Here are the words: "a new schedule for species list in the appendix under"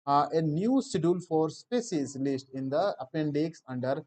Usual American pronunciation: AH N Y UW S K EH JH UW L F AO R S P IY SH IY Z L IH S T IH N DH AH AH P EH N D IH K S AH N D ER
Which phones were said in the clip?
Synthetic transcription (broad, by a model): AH N Y UW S IY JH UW L F AO R S P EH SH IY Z L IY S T IH N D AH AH P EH N D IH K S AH N D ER